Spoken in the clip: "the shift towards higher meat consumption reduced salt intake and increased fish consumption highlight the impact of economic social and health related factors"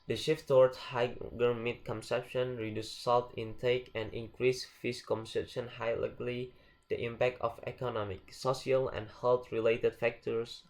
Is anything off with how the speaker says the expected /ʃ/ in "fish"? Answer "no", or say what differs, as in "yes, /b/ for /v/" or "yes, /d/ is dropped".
yes, /s/ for /ʃ/